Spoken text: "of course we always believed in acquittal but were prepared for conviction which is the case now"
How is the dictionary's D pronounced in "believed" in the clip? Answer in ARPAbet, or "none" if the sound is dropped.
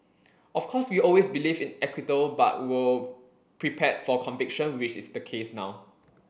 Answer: none